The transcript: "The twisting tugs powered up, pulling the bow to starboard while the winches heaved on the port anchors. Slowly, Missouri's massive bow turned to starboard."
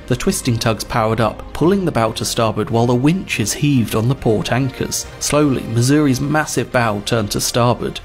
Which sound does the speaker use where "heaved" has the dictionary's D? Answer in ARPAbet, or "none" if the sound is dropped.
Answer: D